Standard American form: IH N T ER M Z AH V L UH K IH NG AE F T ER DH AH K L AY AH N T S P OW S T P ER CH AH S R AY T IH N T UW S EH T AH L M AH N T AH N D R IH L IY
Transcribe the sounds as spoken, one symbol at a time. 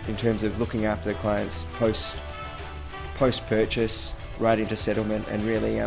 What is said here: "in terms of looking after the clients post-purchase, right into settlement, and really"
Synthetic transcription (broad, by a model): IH N T ER M Z AH V L UH K IH NG AE F T ER DH AH K L AY AH N T S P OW S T P ER CH AH S R AY T IH N T UW S EH T L M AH N T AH N R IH L IY